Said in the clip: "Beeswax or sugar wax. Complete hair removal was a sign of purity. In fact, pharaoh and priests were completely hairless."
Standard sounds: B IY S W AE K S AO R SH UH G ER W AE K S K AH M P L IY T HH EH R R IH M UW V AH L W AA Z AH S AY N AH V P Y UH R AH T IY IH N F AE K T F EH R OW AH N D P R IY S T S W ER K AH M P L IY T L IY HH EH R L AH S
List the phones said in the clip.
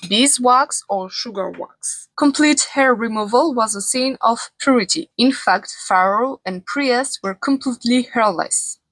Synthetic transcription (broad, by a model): B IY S W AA K S AO R SH UH G ER W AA K S K AH M P L IY T HH EH R R IH M UW V AH L W AA Z AH S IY N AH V P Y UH R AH T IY IH N F AE K T F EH R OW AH N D P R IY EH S W ER K AH M P L IY T L IY HH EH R L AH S